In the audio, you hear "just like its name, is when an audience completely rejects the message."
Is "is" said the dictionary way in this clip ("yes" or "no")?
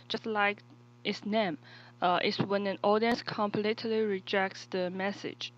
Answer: no